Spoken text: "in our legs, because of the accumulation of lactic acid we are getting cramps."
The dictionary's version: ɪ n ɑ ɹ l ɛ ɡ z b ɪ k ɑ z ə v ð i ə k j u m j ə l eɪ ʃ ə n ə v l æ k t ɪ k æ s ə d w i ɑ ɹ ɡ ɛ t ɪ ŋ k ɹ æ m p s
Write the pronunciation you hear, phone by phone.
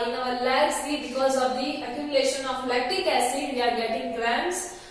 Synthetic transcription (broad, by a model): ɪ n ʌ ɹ l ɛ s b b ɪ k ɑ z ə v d i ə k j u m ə eɪ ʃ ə n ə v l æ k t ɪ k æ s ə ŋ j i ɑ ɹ ɡ ɛ t ɪ ŋ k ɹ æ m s